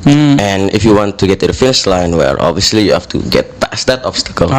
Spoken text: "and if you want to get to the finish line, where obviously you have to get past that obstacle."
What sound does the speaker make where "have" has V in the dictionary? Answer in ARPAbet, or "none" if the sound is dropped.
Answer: F